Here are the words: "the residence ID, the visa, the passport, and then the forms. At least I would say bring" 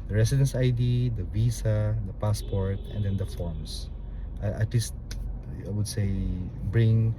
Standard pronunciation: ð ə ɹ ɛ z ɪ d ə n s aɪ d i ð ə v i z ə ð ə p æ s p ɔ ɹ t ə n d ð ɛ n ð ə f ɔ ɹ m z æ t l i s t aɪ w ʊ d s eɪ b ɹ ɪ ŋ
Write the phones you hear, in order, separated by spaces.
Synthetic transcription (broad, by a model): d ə ɹ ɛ s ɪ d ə n s aɪ d i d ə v i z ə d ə p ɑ s p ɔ ɹ t ə n d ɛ n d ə f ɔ ɹ m s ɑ t l i s t aɪ w ʊ d s eɪ b ɹ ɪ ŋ